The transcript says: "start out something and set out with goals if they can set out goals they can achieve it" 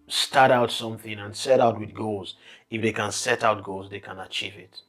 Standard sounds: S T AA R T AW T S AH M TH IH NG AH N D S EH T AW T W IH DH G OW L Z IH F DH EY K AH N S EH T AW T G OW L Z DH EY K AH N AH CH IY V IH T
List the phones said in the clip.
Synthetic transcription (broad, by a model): S T AA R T AW T S AH M TH IH NG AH N S EH T AW T W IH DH G OW L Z IH F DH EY K AH N S EH T AW T G OW L Z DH EY K AH N AH CH IY V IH T